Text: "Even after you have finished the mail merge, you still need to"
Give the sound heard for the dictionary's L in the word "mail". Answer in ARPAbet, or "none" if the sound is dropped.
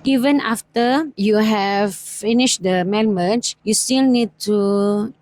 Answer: N